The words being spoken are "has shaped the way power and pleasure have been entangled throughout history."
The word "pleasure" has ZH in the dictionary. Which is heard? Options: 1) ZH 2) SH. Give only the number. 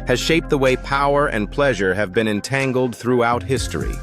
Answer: 1